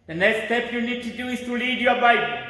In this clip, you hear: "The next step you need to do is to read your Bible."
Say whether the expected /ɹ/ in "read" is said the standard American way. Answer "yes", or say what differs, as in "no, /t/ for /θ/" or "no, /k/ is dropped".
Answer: no, /l/ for /ɹ/